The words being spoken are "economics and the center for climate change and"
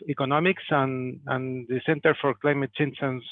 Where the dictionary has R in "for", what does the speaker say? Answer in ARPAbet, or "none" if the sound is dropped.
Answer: R